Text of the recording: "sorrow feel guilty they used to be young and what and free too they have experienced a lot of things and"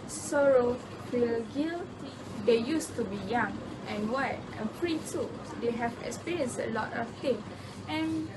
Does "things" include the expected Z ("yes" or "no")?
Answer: no